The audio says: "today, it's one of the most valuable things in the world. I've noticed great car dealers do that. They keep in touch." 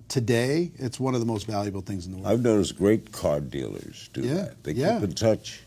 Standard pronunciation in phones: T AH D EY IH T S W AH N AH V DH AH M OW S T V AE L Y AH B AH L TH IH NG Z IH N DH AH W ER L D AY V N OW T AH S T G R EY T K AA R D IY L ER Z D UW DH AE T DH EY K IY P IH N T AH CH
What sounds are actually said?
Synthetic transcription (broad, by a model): T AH D EY IH T S W AH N AH V DH AH M OW S T V AE L Y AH B L TH IH NG Z N DH AH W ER AY V N OW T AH S G R EY T K AA R D IY L ER Z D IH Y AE T DH EY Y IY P IH N T AH CH